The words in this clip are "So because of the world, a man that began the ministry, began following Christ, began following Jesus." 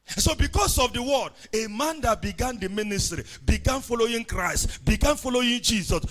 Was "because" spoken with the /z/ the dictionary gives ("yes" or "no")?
no